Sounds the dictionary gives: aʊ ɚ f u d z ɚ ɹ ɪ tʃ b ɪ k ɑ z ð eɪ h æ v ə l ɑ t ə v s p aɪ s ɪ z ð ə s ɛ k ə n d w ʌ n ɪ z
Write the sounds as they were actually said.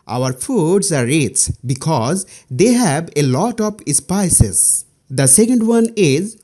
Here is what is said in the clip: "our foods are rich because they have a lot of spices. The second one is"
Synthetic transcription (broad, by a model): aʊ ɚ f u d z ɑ ɹ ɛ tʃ b ɪ k ɑ z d eɪ h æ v ə l ɑ t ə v s p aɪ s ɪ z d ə s ɛ k ə n d w ʌ n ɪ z